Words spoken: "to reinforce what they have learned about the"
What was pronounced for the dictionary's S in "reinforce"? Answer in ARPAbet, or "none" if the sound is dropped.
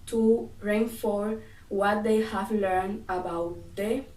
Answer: none